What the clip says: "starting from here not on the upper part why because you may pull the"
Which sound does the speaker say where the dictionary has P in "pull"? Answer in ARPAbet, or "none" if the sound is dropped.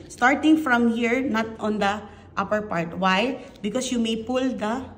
P